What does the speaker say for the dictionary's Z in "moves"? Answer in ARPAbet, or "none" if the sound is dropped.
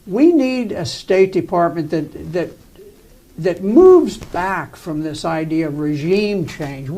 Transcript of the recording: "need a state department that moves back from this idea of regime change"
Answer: Z